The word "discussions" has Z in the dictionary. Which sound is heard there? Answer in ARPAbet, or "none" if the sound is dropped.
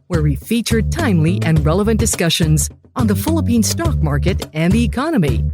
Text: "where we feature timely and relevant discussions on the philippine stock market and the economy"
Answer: Z